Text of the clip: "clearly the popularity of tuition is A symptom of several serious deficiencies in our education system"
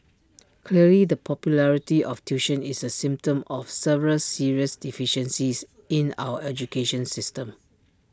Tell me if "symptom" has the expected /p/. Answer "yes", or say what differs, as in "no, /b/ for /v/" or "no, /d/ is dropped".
yes